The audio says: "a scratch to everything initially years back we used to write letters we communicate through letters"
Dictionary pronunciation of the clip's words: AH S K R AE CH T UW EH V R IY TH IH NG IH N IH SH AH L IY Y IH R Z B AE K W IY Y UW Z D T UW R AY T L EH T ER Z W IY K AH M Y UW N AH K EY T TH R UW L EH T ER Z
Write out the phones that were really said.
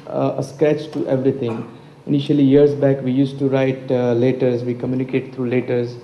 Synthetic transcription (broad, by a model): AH S K R AE CH T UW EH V R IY T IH NG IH N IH SH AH L IY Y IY R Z B AE K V IY Y UW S T UW R AY T L EH T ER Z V IY K AH M Y UW N AH K EY T T R UW L EH T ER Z